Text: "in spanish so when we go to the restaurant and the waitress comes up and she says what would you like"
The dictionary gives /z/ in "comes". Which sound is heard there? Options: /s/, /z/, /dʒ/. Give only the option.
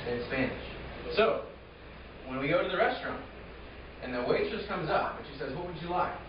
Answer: /z/